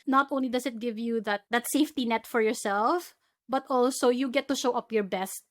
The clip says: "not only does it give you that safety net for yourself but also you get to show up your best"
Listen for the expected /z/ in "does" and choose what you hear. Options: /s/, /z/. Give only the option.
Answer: /s/